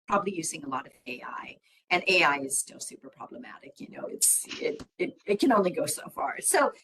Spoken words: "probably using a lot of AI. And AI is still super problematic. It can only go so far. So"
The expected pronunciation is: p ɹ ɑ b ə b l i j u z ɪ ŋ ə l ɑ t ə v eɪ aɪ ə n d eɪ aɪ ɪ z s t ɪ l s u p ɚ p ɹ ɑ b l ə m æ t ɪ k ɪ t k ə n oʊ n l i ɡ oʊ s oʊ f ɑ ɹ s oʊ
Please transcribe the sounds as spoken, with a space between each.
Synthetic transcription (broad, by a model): p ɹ ɑ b ə b l i j u z ɪ ŋ ə l ɑ t ə v eɪ aɪ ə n eɪ aɪ ɪ z s t ɪ l s u p ɚ p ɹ ɑ b l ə m æ t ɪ k ɪ t k ə n oʊ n l i ɡ oʊ s oʊ f ɑ ɹ s oʊ